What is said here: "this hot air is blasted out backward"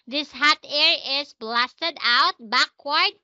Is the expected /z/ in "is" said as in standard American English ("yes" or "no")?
no